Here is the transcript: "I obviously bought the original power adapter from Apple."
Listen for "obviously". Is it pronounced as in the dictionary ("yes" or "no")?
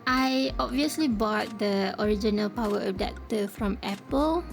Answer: yes